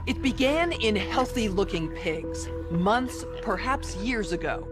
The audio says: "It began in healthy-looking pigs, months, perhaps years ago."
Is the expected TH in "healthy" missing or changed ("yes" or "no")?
no